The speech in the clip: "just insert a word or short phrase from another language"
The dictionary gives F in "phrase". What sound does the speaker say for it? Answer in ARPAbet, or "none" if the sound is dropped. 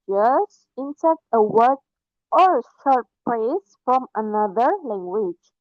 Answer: P